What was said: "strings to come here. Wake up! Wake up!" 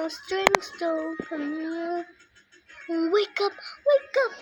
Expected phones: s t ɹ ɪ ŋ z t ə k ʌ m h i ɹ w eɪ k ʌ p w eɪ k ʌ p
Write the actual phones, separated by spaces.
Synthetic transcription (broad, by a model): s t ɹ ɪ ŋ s t ə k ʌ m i l w eɪ k ʌ p w eɪ k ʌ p